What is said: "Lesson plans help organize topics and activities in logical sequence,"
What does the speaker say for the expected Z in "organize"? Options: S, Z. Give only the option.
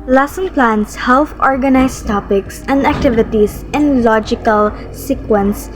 S